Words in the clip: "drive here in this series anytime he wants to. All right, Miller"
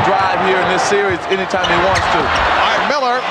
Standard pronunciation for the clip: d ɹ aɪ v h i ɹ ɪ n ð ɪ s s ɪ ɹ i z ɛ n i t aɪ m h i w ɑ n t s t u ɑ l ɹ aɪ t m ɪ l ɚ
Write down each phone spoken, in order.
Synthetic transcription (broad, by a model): d ɹ aɪ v h i ɹ ɪ n ð ɪ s s ɪ ɹ i z ɛ n i t aɪ m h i w ɑ n t s t u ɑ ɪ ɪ m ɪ l ɚ